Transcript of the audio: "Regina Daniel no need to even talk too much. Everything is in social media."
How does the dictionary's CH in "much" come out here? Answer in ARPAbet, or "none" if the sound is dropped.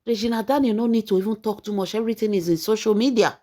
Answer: SH